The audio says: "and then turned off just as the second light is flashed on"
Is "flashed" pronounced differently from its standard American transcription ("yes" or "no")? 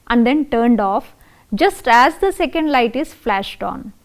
no